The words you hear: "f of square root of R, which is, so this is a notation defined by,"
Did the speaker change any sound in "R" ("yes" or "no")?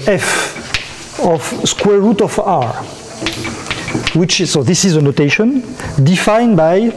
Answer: no